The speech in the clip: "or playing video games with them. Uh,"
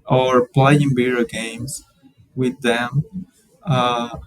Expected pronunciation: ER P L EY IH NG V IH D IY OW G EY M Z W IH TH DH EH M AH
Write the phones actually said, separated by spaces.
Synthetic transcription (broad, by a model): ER P L EY IH NG B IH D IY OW G EY M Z W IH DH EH M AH